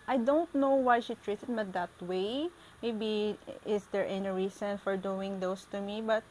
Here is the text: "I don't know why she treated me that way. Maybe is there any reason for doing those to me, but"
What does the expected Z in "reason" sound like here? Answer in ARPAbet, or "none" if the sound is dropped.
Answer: S